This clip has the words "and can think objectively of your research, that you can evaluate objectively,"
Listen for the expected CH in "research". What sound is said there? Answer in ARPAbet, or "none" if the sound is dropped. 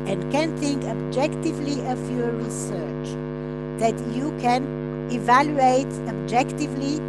CH